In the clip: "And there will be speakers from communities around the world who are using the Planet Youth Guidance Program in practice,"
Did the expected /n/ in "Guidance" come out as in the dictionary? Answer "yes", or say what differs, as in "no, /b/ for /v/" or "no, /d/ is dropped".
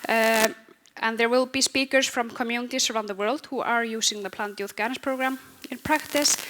no, /n/ is dropped